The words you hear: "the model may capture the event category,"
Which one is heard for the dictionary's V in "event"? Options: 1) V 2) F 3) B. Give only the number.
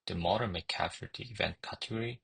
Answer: 1